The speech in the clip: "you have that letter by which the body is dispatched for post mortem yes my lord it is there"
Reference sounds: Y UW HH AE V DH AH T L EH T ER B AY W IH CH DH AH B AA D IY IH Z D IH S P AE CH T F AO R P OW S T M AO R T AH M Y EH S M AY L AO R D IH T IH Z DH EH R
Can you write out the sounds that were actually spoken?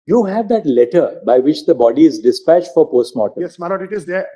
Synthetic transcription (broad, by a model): Y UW HH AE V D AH T L EH T ER B AY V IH CH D AH B AA D IY IH Z D IH S P AE CH T F AO R P OW S T M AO T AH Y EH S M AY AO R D IH T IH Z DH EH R